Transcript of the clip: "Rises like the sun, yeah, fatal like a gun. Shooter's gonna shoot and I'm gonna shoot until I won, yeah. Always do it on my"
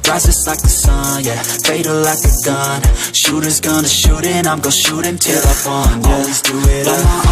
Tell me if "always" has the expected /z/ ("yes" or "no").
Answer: yes